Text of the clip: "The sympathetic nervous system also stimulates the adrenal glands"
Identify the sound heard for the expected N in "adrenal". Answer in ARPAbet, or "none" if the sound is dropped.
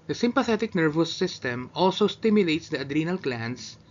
N